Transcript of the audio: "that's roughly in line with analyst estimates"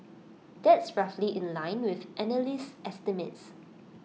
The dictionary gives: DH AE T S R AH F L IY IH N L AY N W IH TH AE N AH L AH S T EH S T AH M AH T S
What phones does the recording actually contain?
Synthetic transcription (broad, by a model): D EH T S R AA F L IY IH N L AY N W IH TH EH N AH L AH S T EH S T AH M AH T S